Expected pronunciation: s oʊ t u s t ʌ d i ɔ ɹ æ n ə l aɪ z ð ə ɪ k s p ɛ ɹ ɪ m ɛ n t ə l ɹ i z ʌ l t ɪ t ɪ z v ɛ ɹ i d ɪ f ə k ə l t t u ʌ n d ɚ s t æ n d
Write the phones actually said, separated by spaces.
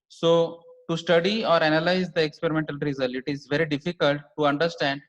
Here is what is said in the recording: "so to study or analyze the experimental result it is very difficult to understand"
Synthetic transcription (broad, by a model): s oʊ t u s t ʌ d i ɔ ɹ æ n ə l aɪ z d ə ɪ k s p ɛ ɹ ɪ m ɛ n t ə l ɹ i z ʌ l ɪ t ɪ z v ɛ ɹ i d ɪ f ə k ə l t t u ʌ n d ɚ s t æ n d